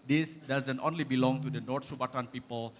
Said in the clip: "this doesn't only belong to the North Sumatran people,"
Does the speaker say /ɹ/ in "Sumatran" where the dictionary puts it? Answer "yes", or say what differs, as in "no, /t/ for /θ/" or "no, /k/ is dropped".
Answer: no, /ɹ/ is dropped